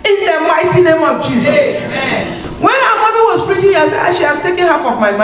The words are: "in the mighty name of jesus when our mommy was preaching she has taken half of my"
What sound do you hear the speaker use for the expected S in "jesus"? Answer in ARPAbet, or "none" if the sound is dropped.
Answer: none